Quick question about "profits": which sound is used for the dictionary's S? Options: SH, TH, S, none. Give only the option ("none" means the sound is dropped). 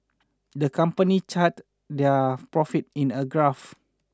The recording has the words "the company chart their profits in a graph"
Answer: none